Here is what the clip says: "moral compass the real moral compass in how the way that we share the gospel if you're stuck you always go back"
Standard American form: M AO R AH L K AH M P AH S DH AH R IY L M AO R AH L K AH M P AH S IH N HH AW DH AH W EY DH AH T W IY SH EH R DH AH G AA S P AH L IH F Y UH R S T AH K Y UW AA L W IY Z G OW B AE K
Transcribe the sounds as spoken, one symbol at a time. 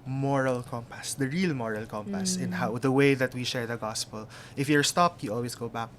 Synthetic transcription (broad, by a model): M AO R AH L K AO M P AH S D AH R IY L M AO R AH L K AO M P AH S IH N HH AW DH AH W EY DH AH T W IY SH EH R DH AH G AA S P AH L IH F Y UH R S T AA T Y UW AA L W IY S G OW B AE K